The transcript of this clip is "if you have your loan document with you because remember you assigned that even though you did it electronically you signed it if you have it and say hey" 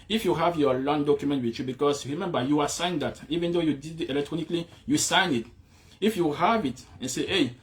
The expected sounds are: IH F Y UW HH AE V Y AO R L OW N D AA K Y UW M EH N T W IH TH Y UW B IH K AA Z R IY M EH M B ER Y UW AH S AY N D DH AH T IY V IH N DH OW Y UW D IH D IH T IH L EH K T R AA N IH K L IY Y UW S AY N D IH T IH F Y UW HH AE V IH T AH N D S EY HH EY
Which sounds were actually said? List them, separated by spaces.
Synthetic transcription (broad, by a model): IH F Y UW HH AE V Y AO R L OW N D AA K Y UW M EH N T W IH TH Y UW B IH K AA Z R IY M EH M B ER Y UW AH S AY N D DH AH T IY V IH N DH OW Y UW D IH D IH T IH L EH K T R AA N IH K L IY Y UW S AY N IH T IH F Y UW HH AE V IH T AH N S EY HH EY